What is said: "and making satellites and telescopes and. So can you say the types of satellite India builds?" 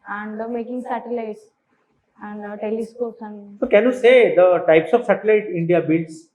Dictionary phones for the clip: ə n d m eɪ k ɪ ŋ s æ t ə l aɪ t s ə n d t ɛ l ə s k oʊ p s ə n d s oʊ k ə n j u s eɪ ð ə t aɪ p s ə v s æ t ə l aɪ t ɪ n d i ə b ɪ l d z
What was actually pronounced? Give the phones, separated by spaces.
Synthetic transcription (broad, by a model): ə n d m eɪ k ɪ ŋ s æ t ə l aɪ t s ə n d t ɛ l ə s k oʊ s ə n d s oʊ k ə n j u s eɪ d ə t aɪ p s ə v s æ t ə l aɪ t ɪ n d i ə b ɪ l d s